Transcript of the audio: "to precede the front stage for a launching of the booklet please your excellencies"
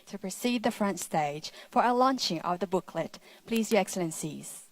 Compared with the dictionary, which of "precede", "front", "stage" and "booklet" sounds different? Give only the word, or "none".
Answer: none